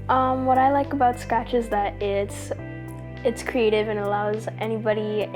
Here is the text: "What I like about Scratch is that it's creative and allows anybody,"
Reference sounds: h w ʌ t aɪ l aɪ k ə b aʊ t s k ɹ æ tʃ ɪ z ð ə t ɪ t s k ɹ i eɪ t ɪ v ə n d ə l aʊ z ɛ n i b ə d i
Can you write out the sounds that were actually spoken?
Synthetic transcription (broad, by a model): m w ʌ t aɪ l aɪ k ə b aʊ t s k æ tʃ ɪ z ð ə t ɪ t s k ɹ i eɪ t ɪ v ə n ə l aʊ z ɛ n i b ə d i